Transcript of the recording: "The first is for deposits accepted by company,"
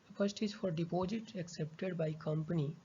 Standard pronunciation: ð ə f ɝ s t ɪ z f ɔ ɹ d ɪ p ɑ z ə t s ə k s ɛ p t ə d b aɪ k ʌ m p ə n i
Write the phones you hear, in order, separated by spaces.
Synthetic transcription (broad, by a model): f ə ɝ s t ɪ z f ɔ ɹ d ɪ p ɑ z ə t ə k s ɛ p t ə d b aɪ k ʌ m p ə n i